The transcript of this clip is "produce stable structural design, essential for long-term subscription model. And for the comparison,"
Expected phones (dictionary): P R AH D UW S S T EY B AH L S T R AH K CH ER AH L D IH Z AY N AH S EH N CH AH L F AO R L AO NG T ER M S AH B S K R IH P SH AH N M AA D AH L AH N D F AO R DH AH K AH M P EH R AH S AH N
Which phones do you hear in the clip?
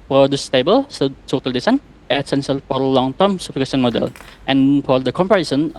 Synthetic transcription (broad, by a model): P R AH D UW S S T EY B AH L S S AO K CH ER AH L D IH S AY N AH S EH N S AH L F AO R L AO NG T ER M S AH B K EH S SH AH N M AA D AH L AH N F AO R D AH K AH M P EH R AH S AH N